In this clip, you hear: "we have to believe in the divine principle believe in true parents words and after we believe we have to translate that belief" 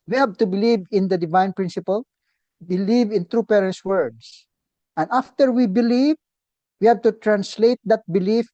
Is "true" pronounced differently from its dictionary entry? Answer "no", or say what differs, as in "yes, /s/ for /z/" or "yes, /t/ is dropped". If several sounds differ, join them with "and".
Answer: no